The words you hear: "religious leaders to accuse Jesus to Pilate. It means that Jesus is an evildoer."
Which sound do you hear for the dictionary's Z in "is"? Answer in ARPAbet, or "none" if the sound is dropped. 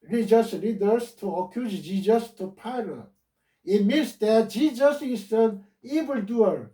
S